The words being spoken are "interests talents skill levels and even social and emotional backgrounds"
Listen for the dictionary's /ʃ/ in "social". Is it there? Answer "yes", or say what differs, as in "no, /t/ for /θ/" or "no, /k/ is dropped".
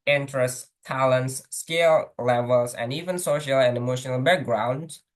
yes